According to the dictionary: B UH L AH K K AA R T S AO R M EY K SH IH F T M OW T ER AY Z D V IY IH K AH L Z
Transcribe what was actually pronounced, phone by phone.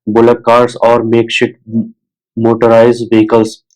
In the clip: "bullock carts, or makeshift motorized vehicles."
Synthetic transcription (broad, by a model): B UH L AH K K AA R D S AO R M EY K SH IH T M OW T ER AY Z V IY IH K AH L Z